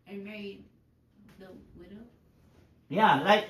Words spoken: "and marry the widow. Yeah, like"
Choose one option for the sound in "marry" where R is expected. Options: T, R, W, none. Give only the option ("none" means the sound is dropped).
none